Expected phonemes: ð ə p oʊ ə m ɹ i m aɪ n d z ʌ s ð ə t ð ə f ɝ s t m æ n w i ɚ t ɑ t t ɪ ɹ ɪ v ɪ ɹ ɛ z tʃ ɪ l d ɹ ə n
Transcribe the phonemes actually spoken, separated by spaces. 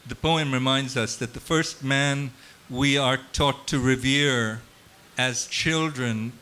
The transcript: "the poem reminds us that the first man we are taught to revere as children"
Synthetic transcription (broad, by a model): ð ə p oʊ ə m ɹ i m aɪ n d z ʌ s ð ə t ð ə f ɝ s t m æ n w i ɚ t ɑ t t ɪ ɹ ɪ v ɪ ɹ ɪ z tʃ ɪ l d ɹ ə n